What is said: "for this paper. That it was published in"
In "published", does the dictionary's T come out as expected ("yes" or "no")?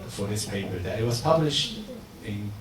yes